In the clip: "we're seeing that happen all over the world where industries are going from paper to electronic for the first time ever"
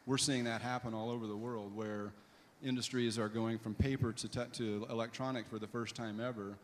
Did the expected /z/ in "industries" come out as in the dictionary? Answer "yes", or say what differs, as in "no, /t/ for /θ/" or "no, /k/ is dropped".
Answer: yes